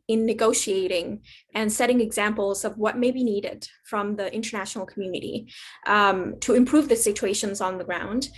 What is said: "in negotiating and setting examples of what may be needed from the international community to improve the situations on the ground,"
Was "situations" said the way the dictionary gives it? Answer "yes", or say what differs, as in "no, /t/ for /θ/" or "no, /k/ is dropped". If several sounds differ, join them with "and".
yes